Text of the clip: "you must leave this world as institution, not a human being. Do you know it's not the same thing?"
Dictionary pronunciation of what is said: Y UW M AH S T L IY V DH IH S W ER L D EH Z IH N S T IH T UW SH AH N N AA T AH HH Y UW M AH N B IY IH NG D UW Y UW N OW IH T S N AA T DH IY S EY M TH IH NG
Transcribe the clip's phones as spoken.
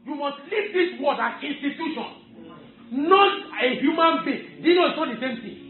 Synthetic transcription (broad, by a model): Y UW M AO S T L IY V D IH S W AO D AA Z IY N S T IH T UW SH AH N N AA T AH HH Y UW M AH N B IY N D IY N OW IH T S N AA T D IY S EY M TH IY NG